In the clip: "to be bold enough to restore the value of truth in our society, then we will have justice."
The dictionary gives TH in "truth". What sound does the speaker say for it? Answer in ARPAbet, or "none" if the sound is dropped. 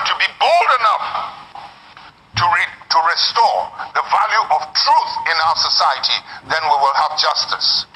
TH